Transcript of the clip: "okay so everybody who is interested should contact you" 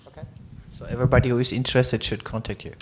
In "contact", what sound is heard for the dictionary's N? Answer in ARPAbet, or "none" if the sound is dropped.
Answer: N